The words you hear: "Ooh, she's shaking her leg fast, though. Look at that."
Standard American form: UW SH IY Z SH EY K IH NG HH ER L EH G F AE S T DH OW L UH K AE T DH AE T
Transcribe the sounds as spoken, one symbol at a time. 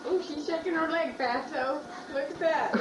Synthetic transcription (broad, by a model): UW SH IY Z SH EY K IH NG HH ER L EH G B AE T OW L UH K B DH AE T